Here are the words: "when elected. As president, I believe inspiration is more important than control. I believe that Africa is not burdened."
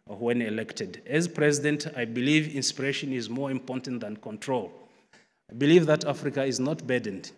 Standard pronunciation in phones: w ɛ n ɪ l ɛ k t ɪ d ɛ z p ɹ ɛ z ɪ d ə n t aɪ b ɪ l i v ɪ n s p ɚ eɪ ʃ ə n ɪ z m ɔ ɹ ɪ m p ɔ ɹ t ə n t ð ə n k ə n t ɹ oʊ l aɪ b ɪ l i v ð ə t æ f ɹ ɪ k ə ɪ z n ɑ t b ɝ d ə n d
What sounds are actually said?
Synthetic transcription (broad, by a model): w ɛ n ɪ l ɛ k t ɪ d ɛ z p ɹ ɛ z ɪ d ə n t aɪ b ɪ l i v ɪ n s p ɚ eɪ ʃ ə n ɪ z m ɔ ɹ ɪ m p ɔ ɹ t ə n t ð ə n k ə n t ɹ oʊ l aɪ b ɪ l i v ð ə t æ f ɹ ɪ k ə ɪ z n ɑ t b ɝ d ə n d